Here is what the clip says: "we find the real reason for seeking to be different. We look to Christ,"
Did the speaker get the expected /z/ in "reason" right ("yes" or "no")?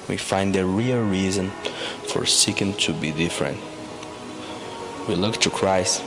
yes